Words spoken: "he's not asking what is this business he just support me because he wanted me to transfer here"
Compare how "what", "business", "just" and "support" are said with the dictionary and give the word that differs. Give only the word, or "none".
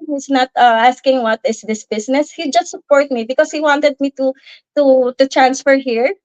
business